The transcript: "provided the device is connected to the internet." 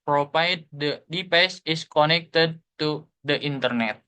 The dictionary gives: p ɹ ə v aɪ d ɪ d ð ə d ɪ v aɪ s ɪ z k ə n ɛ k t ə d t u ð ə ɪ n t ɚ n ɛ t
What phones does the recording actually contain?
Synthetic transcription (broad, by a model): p ɹ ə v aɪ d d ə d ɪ p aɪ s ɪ s k ə n ɛ k t ə d t u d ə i n t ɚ n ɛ t